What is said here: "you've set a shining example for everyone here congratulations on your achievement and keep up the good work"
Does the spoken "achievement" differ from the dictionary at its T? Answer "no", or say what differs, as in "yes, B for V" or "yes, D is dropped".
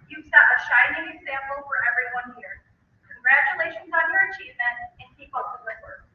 yes, T is dropped